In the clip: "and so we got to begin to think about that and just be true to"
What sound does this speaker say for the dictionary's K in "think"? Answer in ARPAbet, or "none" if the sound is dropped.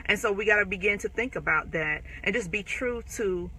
K